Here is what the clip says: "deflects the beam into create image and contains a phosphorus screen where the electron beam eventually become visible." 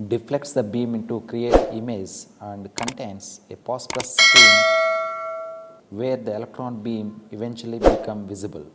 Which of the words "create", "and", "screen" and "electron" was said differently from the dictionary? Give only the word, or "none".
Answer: screen